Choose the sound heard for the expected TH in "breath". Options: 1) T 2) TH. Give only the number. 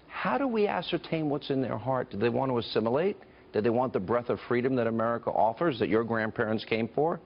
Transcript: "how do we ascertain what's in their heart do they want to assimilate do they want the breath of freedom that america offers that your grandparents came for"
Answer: 2